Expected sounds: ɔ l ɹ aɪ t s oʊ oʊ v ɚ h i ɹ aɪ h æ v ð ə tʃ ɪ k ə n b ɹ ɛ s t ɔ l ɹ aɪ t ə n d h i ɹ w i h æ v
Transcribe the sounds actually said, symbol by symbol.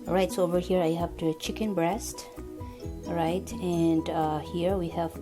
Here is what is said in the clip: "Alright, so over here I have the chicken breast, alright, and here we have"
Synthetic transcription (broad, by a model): ɹ aɪ t s oʊ oʊ v ɚ h i ɹ aɪ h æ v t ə tʃ ɪ k ə n b ɹ ɛ s t ɹ aɪ t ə n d h i ɹ w i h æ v